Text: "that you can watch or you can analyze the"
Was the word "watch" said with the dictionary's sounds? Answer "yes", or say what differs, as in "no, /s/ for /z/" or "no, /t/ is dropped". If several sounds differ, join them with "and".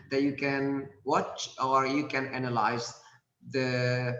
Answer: yes